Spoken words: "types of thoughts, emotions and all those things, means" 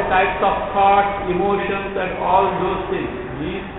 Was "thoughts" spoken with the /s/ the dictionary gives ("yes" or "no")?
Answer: no